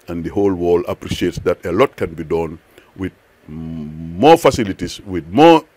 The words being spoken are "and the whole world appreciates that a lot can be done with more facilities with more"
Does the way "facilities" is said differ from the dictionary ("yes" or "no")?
yes